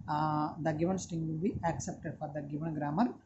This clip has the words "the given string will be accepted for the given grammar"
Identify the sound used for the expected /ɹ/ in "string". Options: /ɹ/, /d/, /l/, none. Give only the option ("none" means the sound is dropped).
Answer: none